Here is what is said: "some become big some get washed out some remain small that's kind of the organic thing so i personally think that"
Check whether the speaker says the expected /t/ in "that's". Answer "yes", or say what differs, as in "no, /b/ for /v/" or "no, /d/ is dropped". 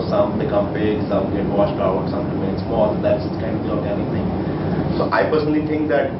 no, /s/ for /t/